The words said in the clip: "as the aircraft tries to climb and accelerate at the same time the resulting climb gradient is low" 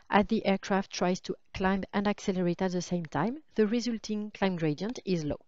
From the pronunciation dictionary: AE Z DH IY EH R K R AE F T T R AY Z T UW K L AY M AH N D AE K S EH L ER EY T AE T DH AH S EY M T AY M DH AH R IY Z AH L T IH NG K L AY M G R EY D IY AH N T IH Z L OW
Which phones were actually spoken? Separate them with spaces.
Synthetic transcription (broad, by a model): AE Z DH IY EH R K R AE F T T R AY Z T UW K L AY M AH N D AE K S EH L ER EY T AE T DH AH S EY M T AY M DH AH R IY Z AH L T IH NG K L AY M G R EY D IY AH N T IH Z L OW